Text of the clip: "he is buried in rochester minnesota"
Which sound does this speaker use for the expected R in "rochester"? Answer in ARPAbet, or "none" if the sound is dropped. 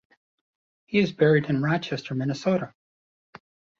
R